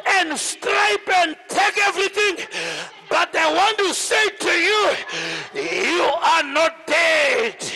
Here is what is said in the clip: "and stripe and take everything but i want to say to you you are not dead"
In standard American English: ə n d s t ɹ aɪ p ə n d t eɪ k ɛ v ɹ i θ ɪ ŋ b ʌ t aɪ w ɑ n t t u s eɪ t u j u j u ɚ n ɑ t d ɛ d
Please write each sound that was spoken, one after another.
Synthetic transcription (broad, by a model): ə n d s t ɹ aɪ p ə n d t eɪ k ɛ v ɹ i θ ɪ ŋ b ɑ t aɪ w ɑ n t t u s eɪ t u j u j u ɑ n ɑ t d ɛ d